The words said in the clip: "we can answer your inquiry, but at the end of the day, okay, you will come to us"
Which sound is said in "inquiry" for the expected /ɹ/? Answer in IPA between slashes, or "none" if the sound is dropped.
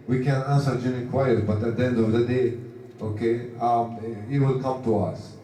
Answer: none